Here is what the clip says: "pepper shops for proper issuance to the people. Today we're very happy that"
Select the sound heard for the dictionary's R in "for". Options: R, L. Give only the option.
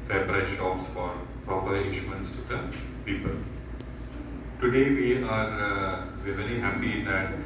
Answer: R